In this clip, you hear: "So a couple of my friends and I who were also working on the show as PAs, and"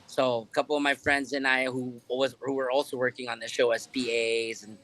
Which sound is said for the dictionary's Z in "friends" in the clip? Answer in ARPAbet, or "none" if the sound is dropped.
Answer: Z